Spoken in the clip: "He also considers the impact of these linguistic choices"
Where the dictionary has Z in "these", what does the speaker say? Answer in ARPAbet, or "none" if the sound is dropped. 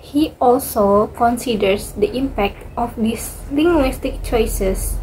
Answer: S